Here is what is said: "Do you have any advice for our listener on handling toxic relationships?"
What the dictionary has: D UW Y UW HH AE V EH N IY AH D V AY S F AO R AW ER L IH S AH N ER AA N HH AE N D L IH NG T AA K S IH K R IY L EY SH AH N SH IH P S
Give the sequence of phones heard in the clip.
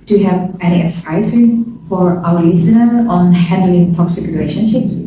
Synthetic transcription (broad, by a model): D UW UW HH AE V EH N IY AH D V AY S F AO R AW ER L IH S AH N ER AA N HH AE N D L IH NG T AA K S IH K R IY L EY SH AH N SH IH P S